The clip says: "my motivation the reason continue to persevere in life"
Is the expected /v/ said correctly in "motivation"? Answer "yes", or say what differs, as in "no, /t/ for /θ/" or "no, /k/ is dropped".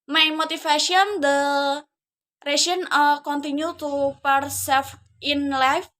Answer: no, /f/ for /v/